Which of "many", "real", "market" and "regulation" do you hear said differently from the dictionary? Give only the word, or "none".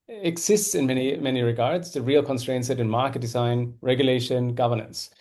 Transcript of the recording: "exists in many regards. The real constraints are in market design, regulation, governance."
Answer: none